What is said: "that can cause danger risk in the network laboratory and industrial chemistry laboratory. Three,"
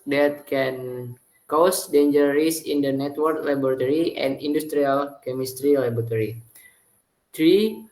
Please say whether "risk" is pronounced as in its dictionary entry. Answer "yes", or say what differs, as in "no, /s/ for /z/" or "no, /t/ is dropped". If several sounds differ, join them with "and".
no, /k/ is dropped